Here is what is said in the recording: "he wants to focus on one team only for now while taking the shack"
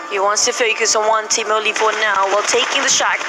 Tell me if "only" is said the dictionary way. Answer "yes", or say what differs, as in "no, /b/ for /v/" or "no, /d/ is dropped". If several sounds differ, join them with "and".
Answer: no, /n/ is dropped